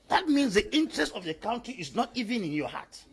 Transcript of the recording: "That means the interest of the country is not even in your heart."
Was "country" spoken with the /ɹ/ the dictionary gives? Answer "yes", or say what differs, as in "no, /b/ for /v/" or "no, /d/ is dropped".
no, /ɹ/ is dropped